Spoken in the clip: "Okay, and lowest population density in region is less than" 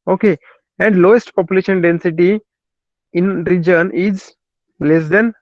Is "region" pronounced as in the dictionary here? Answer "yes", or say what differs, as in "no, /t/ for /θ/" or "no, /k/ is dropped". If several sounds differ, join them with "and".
yes